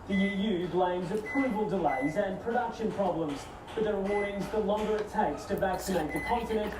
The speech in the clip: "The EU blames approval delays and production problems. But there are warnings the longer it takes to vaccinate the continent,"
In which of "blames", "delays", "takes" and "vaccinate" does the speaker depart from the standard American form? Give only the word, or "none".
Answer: none